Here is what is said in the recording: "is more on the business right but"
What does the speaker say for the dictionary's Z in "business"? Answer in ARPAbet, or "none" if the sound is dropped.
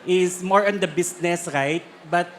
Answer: S